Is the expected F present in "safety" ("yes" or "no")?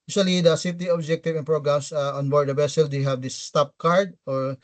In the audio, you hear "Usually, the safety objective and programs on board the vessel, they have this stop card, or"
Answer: no